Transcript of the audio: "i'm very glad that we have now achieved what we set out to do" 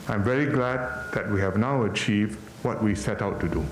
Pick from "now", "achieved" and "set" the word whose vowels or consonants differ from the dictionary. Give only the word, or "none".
none